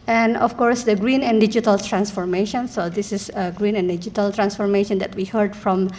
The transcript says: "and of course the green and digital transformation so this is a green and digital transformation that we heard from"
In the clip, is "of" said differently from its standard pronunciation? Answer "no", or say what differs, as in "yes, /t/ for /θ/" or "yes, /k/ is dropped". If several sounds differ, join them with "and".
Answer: yes, /f/ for /v/